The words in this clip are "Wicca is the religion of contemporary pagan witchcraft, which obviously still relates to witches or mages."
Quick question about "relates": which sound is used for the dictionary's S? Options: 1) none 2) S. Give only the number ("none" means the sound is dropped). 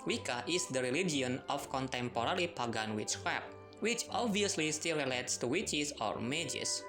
2